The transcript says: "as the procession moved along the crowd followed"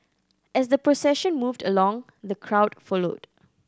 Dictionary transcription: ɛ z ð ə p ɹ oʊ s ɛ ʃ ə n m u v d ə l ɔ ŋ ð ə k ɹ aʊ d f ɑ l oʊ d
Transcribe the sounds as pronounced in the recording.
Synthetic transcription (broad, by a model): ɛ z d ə p ɹ oʊ s ɛ ʃ ə n m u v d ə l ɔ ŋ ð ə k ɹ aʊ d f ɑ l oʊ d